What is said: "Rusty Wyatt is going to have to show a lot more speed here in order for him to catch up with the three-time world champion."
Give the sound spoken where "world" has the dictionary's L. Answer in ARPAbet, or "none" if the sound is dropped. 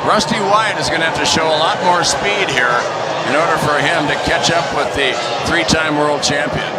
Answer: L